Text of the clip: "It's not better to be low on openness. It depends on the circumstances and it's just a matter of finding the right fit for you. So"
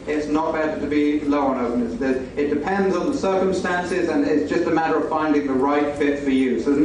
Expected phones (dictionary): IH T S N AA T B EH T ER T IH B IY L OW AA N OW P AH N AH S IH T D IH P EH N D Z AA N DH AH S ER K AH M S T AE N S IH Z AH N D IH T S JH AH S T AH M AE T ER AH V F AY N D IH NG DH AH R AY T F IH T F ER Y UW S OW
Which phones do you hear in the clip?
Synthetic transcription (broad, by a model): IH T S N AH T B EH T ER T IH B IY L OW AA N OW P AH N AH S IH T D IH P EH N D Z N DH AH S ER K AH M S T AE N S IH Z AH N IH T S JH AH S T AH M AE T ER AH V F AY N D IH NG DH AH R AY T F IH T F ER Y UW S OW